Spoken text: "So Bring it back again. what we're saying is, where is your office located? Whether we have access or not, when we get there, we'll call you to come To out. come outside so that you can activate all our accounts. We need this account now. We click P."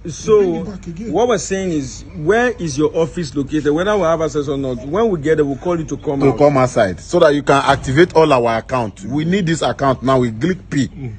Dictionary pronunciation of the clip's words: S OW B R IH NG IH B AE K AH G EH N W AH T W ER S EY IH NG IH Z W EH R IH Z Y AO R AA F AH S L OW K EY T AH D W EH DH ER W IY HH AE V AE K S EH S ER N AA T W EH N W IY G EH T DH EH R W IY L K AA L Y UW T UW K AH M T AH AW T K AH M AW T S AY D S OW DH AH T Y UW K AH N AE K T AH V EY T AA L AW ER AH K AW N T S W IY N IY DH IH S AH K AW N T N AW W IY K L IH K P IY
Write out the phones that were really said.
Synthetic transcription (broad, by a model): S OW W IH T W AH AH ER S EY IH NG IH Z W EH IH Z Y AO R AA F AH S L OW K EY T AH D W EH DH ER W IY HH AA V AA S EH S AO N AA T W EH N W IY G EH T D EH W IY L K AA L Y UW T UW K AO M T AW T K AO M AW S AY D S OW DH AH T Y UW K AH N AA K T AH V EY T AA L AW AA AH K AW N T W IY N IY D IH S AH K AW N T N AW W IY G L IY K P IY